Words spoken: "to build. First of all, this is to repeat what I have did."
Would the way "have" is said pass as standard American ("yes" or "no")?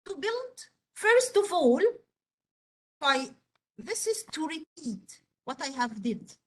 yes